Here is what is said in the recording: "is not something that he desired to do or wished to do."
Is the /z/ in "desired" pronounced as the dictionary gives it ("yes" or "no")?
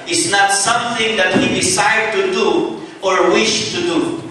no